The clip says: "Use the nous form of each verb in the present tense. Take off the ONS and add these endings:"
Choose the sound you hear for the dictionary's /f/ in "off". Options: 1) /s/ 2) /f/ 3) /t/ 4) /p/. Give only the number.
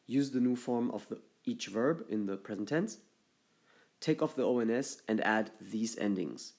2